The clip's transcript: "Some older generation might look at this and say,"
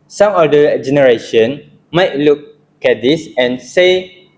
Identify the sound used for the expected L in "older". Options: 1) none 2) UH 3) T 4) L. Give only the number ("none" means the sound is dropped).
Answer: 1